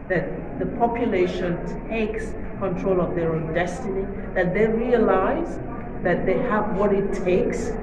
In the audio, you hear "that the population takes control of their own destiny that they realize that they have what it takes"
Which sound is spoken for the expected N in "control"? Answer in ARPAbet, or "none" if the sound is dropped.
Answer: N